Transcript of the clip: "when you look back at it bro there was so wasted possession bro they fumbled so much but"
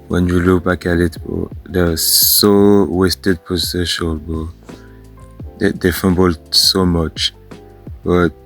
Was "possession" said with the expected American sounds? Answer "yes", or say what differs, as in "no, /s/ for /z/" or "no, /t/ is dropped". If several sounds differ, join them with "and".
no, /s/ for /z/ and /l/ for /n/